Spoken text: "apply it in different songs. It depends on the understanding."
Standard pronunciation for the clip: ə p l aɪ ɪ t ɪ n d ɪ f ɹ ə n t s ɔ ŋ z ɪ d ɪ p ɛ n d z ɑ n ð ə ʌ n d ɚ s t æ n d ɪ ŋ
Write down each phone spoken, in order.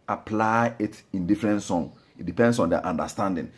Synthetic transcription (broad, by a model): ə p l aɪ ɪ t ɪ n d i f ɹ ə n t s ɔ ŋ ɪ d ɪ p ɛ n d s ɑ n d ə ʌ n d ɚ s t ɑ n d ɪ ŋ